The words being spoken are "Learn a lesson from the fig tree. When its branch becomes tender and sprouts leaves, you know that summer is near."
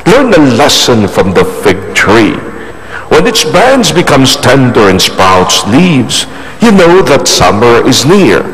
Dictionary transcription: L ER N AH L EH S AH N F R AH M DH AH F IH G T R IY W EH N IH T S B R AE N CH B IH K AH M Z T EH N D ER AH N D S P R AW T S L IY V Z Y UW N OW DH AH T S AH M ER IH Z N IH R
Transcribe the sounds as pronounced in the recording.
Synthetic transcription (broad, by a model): L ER N AH L EH S AH N F R AH M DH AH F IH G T R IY W EH N IH T S B AE N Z B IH K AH M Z T EH N D ER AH N S P AW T S L IY V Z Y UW N OW DH AH T S AH M ER IH Z N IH R